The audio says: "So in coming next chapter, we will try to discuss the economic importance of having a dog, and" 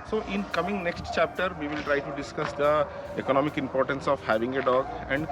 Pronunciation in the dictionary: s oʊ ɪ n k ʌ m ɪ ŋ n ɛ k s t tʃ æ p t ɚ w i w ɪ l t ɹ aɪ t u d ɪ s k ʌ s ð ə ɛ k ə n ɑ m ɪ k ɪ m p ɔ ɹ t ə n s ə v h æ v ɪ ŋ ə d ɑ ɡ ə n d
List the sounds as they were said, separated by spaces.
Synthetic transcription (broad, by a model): s oʊ ɪ n k ʌ m ɪ ŋ n ɛ k s t tʃ æ p t ɚ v i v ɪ l t ɹ aɪ t u d ɪ s k ʌ s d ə ɛ k ə n ɑ m ɪ k ɪ m p ɔ ɹ t ə n s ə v h æ v ɪ ŋ ə d ɑ ɡ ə n d